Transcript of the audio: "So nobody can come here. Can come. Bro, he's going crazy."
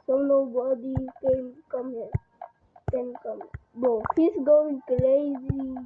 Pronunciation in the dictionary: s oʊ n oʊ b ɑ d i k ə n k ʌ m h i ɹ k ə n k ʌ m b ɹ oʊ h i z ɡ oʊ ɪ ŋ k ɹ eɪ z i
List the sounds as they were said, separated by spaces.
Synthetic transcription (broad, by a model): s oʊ n oʊ b ɑ d i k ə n k ʌ m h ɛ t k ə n k ʌ m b oʊ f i s ɡ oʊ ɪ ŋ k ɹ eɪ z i